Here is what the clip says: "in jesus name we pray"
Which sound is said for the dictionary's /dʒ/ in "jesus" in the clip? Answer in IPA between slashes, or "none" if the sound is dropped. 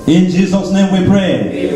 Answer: /dʒ/